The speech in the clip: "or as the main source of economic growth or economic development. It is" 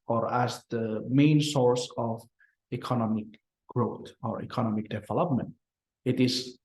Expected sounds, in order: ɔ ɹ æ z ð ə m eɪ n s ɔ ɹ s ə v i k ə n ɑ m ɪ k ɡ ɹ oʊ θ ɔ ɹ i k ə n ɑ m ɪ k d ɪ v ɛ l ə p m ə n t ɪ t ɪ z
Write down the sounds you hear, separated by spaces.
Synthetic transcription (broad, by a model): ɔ ɹ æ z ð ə m eɪ n s ɔ ɹ s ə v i k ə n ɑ m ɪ k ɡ ɹ oʊ t ɔ ɹ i k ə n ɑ m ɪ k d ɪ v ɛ l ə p m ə n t ɪ t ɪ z